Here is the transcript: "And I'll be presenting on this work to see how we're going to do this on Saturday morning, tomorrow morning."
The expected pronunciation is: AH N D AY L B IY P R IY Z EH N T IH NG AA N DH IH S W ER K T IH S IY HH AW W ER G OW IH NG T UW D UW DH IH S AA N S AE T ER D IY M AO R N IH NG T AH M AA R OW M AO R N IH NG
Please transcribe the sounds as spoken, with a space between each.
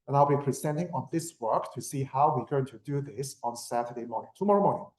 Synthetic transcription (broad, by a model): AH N AY L B IY P R IY Z EH N T IH NG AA N DH IH S W ER K T IH S IY HH AW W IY G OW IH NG T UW D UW DH IH S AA N S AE T ER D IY M AO R N IH NG T AH M AA R OW M AO R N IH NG